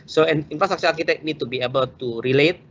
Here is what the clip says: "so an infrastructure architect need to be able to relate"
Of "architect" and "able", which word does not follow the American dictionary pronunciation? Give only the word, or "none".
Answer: architect